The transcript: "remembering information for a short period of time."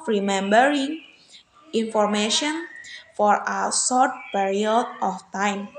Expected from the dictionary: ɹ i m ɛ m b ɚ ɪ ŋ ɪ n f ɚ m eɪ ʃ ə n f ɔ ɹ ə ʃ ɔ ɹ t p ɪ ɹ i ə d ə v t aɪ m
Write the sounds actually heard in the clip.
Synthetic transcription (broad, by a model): ɹ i m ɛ m b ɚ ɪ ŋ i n f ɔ m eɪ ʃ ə n f ɔ ɹ ə s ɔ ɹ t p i ɹ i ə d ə f t aɪ m